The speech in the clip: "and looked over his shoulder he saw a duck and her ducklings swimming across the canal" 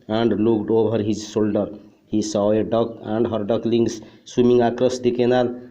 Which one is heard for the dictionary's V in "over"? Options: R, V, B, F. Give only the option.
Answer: B